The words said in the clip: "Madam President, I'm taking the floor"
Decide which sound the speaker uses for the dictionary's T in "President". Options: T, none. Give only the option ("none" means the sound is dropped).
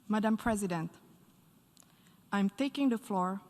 T